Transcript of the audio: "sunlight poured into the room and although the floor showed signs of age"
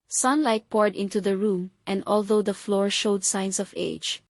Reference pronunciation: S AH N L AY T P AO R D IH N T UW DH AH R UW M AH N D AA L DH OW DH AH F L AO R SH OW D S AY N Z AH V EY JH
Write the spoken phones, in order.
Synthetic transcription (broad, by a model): S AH N L AY T P AO R D IH N T UW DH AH R UW M AH N D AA L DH OW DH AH F L AO R SH OW D S AY N S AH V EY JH